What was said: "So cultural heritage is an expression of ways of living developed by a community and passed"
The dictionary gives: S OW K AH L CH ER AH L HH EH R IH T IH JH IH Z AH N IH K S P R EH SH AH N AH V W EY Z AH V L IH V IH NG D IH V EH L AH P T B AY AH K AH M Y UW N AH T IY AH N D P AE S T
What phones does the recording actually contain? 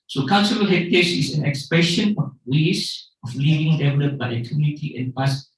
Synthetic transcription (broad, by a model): S OW K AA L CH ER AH L HH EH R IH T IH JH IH S AH N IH K S P EH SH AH N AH F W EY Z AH F L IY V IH NG D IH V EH L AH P B AY AH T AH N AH T IY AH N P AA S